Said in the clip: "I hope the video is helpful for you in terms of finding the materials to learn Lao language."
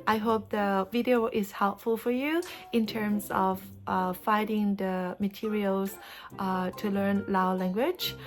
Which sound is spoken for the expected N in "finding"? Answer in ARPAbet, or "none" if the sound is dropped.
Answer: none